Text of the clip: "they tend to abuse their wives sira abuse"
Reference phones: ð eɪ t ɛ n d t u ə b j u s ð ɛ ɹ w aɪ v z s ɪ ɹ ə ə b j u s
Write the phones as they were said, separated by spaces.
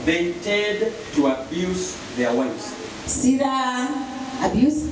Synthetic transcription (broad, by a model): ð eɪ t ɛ d t u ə b j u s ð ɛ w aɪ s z s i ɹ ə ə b j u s